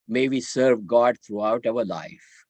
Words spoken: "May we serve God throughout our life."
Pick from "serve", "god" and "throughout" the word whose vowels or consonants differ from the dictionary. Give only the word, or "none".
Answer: throughout